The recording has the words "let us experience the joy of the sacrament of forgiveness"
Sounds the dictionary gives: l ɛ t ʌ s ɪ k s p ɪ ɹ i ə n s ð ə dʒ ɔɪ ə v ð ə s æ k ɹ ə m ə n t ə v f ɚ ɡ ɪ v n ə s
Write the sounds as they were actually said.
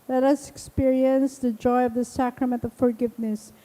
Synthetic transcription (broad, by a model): l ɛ t ʌ s ɪ k s p ɪ ɹ i ə n s ð ə dʒ ɔɪ ə v ð ə s æ k ɹ ə m ə n t ə v f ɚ ɡ ɪ v n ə s